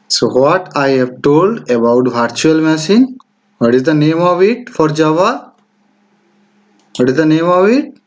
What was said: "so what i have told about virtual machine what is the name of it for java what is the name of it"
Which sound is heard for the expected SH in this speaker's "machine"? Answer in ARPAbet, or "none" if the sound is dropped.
S